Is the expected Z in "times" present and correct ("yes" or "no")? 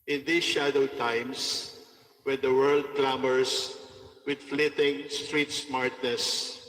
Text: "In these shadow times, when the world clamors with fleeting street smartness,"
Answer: no